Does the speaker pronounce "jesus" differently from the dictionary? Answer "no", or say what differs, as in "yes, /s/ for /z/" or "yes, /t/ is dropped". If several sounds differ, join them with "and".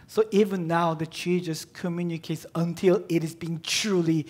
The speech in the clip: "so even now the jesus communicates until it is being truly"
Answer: yes, /tʃ/ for /dʒ/